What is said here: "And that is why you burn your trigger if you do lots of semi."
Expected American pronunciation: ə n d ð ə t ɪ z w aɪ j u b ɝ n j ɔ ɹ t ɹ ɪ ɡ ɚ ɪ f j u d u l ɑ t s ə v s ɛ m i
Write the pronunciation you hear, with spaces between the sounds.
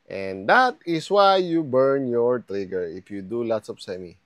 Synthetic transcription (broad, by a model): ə n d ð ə t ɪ s w aɪ j u b ɝ n j ɔ ɹ t ɹ ɪ ɡ ɚ ɪ f j u d u l ɑ t s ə p s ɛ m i